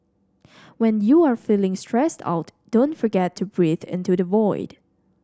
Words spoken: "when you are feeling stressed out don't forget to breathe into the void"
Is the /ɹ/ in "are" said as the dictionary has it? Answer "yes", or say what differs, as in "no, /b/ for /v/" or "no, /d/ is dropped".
yes